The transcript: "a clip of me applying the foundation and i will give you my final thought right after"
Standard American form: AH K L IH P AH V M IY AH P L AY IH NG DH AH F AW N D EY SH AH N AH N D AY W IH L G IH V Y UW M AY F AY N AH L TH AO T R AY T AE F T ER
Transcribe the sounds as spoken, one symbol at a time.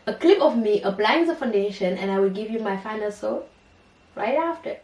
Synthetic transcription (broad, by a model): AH K L IH P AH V M IY AH B L AY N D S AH F AW N D EY SH AH N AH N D AY W IH L G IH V Y UW M AY F AY N AH L S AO R AY T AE F T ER